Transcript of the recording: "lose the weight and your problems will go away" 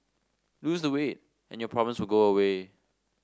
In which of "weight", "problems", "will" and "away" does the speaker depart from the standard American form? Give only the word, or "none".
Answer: problems